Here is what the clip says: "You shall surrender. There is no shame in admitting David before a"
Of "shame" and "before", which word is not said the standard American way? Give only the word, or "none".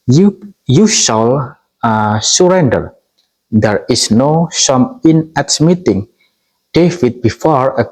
shame